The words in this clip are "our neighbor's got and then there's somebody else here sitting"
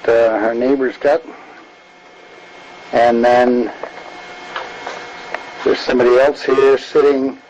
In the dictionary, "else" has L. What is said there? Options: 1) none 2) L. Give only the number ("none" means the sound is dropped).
2